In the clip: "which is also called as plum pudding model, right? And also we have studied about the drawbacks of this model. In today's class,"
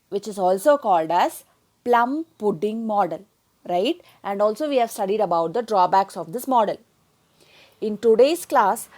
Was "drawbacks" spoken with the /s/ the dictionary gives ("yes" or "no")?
yes